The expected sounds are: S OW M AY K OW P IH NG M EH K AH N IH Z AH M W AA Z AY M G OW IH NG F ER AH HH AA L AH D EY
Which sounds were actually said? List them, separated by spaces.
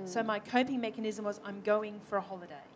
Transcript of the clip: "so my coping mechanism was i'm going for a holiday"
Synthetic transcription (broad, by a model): S OW M AY K OW P IH NG M EH K AH N IH Z AH M W AA Z AY M G OW IH NG F ER AH HH AA L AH D EY